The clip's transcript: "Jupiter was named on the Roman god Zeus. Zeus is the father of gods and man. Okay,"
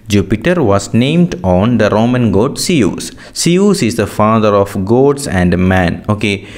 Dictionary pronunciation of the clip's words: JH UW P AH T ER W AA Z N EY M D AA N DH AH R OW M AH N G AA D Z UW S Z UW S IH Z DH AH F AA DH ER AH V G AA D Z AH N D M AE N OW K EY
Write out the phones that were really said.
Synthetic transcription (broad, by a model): JH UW P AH T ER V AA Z N EY M D AA N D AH R OW M AH N G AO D S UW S S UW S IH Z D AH F AA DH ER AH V G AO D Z AH N D M AE N OW K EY